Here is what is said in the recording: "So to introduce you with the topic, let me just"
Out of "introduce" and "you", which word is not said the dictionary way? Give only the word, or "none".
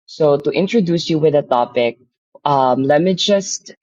none